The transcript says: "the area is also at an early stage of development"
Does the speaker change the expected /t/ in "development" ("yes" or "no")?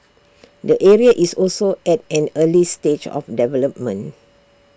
yes